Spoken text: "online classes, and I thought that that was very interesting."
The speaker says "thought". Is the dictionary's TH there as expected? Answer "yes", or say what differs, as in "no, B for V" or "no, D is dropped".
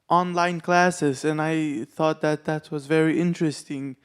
yes